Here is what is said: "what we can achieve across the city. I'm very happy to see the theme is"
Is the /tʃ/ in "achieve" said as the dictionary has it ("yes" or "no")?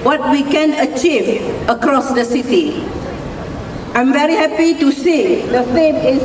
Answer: yes